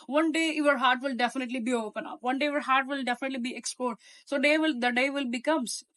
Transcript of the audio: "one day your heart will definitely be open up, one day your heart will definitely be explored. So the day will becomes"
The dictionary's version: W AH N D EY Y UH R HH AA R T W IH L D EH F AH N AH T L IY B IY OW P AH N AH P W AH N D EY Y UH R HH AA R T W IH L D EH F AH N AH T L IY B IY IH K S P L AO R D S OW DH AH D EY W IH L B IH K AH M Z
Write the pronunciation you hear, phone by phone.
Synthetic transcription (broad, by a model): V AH N D EY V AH R HH AA R T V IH L D EH F AH N AH T L IY B IY OW P AH N AH P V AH N D EY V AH R HH AA R T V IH L D EH F AH N AH T L IY B IY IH K S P AO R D S OW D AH D EY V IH L B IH K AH M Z